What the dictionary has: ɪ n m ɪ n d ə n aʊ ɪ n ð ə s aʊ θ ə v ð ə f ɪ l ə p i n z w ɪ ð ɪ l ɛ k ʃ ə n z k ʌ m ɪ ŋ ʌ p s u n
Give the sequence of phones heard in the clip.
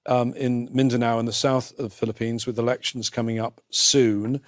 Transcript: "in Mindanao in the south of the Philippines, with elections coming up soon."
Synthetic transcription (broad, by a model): ɪ n m ɪ n d ə n aʊ ɪ n ð ə s aʊ θ ə v f ɪ l ə p i n z w ɪ ð ɪ l ɛ k ʃ ə n z k ʌ m ɪ ŋ ʌ p s u n